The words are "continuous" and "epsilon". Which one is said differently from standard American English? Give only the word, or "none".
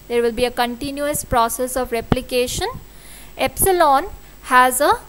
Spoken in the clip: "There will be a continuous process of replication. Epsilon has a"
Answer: none